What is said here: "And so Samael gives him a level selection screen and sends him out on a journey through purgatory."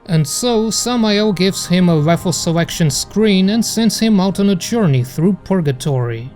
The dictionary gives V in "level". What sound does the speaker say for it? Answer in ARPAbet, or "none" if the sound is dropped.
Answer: F